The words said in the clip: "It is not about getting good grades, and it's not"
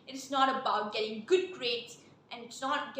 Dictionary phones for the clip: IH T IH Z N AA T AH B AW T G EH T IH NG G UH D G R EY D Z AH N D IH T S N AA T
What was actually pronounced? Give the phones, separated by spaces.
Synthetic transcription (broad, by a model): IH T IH S N AA T AH B AW T G EH T IH NG G UH D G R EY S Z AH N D IH T S N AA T